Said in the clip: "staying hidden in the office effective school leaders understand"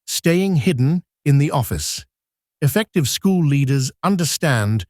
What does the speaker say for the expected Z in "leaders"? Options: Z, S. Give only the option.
Z